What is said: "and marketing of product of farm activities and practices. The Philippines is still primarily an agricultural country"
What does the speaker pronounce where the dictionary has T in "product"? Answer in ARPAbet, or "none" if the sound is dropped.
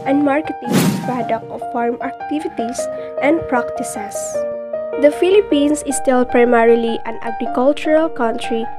none